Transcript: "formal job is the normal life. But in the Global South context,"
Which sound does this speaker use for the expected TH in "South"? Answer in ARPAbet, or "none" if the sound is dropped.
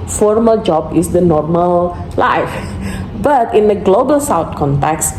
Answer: T